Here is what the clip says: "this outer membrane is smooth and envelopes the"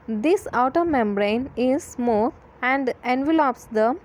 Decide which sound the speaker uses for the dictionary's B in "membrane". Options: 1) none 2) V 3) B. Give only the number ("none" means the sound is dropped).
3